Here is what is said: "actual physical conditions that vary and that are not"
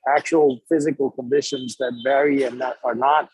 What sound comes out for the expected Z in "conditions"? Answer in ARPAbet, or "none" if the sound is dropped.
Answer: Z